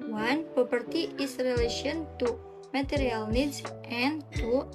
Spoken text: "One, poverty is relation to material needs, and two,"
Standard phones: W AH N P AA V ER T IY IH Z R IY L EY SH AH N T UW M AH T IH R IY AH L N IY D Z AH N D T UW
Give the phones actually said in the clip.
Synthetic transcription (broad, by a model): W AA N P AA P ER T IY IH S R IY L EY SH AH N T UW M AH T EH R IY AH L N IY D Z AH N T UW